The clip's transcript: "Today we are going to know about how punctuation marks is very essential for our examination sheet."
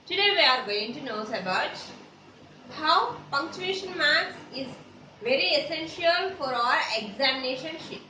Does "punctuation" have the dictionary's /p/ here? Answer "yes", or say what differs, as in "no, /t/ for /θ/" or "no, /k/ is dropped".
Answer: no, /f/ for /p/